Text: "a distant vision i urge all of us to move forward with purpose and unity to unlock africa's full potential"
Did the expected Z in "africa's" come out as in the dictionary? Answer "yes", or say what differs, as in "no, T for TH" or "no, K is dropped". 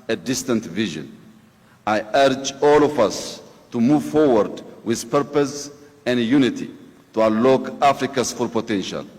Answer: no, S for Z